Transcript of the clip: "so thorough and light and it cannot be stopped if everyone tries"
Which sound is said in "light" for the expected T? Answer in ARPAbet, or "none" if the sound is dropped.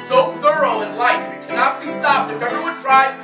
none